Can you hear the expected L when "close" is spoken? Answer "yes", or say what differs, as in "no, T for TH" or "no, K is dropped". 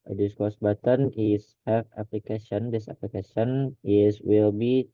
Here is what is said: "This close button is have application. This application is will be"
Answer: no, L is dropped